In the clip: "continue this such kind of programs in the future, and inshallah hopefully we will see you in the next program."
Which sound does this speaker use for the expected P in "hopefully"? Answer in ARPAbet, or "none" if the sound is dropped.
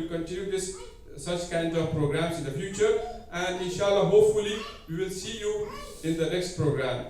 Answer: P